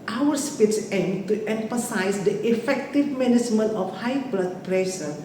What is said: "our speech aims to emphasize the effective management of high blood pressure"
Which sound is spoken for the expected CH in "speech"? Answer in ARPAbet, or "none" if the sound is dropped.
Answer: S